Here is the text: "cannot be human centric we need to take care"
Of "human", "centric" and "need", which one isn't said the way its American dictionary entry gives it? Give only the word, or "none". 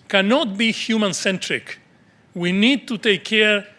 none